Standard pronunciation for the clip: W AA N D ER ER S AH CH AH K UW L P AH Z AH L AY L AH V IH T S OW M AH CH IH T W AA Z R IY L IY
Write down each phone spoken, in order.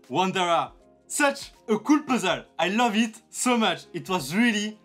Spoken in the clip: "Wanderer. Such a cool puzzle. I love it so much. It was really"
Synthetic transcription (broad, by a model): W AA N D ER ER S AH CH AH K UW L P AH Z AH L AY L AH V IH T S OW M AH CH IH T W AA Z R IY L IY